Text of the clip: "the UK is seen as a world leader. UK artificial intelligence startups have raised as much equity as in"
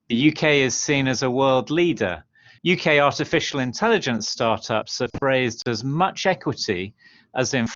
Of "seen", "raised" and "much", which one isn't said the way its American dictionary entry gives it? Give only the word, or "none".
none